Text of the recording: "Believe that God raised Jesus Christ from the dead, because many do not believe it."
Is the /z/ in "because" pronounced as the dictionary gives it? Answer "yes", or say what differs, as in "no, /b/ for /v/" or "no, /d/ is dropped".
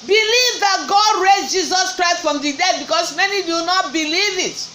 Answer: no, /s/ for /z/